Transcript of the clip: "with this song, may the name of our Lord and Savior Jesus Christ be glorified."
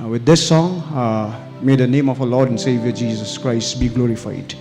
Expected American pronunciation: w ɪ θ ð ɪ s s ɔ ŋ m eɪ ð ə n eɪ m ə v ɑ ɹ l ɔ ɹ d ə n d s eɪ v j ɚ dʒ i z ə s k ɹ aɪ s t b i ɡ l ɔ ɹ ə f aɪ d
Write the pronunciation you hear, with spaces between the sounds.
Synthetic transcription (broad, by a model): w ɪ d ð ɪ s s ɔ ŋ m eɪ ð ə n eɪ m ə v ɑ l ɔ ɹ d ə n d s eɪ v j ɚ dʒ i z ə s k ɹ aɪ s t b i ɡ l ɔ ɹ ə f aɪ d